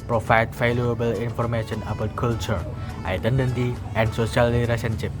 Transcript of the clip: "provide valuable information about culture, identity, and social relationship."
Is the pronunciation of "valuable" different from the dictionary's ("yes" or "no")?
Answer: yes